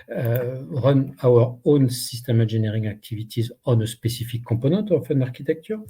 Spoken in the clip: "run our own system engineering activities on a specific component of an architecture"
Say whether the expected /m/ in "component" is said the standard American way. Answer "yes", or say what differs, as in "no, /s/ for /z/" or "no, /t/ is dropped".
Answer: no, /m/ is dropped